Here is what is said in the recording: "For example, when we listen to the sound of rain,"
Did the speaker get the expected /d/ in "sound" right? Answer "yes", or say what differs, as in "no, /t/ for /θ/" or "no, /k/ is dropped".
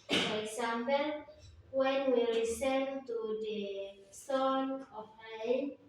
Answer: no, /d/ is dropped